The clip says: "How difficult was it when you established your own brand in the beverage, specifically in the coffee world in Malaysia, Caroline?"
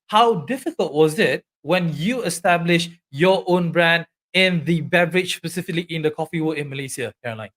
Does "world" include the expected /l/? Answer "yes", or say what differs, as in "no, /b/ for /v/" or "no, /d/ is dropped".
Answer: no, /l/ is dropped